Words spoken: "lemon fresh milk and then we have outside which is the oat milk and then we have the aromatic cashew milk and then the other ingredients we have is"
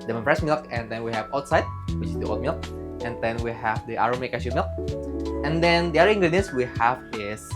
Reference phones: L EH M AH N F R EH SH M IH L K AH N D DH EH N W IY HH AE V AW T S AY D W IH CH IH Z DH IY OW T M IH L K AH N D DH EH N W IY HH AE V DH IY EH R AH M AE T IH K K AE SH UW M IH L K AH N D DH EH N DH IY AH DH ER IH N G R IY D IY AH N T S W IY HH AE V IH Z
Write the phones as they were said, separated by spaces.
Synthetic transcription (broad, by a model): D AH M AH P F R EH S M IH L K AH N D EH N W IY HH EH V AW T S AY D W IH CH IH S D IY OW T M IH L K AH N D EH N W IY HH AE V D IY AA R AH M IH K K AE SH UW M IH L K AH N D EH N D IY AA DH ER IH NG G R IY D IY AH N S W IY HH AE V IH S